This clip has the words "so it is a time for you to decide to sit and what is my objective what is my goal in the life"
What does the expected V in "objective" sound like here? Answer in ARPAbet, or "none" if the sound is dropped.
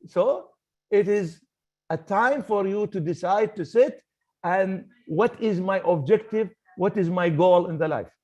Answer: V